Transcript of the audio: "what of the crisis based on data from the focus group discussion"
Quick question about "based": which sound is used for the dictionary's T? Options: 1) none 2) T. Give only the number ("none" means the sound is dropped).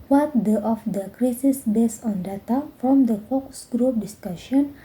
1